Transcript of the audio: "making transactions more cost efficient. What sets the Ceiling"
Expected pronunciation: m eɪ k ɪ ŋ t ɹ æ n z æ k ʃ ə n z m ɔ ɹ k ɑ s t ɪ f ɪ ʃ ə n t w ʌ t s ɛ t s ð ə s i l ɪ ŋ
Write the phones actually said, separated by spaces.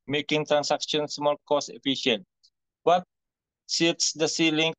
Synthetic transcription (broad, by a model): m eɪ k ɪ ŋ t ɹ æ n s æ k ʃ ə n s m ɔ l k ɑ s ɪ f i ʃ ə n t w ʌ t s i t s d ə s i l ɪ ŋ